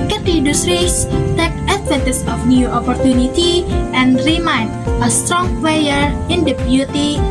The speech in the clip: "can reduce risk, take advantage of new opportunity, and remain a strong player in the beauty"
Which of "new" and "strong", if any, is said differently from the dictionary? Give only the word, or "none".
none